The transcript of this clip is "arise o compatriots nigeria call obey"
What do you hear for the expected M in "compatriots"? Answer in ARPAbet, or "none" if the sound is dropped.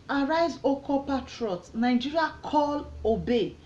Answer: none